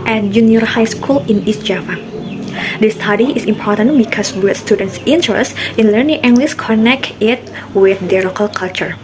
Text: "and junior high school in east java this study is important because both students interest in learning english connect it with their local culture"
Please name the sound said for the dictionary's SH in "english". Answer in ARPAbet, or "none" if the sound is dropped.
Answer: S